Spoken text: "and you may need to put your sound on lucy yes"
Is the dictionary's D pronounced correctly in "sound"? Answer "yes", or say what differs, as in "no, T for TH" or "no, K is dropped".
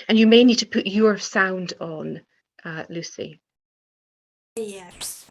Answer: yes